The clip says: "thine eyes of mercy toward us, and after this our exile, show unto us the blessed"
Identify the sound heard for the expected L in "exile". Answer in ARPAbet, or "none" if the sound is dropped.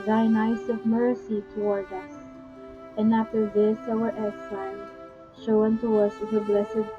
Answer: N